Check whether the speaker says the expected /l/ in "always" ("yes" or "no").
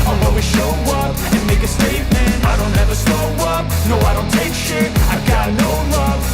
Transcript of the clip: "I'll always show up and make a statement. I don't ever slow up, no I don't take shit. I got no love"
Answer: no